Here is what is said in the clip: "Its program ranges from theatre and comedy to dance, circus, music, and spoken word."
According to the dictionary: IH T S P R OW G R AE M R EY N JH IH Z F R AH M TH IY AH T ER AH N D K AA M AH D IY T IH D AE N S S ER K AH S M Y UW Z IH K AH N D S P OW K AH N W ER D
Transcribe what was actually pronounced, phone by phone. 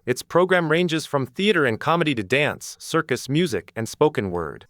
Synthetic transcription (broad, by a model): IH T S P R OW G R AE M R EY N JH IH Z F R AH M TH IY AH T ER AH N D K AA M AH D IY T IH D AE N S S ER K AH S M Y UW Z IH K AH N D S P OW K AH N W ER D